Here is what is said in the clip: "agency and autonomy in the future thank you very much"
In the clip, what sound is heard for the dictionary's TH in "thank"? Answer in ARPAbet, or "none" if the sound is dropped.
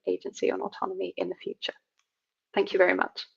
TH